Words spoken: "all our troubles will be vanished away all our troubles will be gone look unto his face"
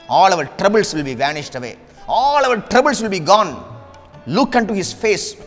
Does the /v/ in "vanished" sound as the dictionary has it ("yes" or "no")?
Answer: yes